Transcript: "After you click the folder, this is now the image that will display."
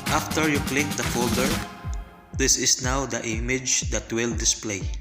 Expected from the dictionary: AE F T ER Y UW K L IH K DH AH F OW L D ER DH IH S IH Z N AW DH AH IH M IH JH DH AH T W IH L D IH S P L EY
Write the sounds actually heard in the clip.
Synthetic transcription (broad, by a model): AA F T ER Y UW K L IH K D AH F OW L D ER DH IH S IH S N AW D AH IH M IH JH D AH T W IH L D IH S P L EY